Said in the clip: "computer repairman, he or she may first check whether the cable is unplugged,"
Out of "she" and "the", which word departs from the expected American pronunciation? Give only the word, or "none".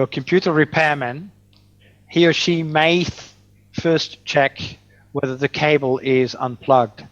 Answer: none